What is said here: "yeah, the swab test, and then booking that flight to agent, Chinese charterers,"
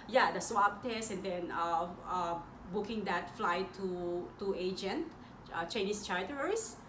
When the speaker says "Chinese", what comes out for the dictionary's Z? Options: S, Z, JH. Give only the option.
S